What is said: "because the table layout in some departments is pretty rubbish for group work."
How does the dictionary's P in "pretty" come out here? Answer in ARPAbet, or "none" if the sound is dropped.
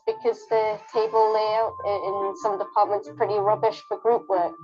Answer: P